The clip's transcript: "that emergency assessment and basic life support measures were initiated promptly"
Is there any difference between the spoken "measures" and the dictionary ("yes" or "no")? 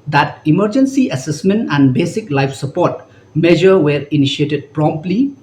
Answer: yes